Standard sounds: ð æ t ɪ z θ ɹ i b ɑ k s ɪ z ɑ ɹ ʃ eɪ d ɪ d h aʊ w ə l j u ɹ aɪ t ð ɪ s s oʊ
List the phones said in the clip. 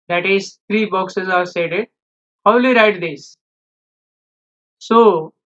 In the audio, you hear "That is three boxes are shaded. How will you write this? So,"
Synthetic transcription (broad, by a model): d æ t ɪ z t ɹ i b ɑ k s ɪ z ɑ ɹ s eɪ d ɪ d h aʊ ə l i ɹ aɪ t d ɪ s s oʊ